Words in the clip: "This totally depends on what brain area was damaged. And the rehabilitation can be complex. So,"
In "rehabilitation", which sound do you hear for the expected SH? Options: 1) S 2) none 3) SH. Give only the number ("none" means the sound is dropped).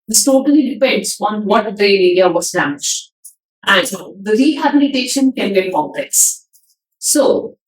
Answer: 3